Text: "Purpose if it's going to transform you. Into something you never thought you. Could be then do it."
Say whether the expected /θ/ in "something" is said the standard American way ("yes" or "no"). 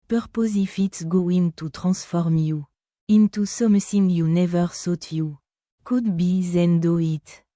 no